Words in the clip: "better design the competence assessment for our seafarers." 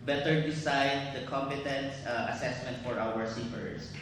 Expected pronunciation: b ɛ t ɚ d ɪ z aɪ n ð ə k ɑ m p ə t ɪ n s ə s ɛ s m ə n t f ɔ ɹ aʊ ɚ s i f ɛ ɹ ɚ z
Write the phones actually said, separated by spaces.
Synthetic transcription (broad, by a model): b ɛ t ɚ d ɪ s aɪ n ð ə k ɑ m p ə t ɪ n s ə s ɛ s m ə n t f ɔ ɹ aʊ ɚ s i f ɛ ɹ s